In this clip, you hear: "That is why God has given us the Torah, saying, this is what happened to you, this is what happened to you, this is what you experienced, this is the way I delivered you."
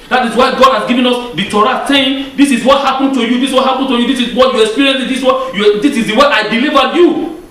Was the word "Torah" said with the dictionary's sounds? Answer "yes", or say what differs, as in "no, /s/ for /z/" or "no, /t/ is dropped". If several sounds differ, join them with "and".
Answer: yes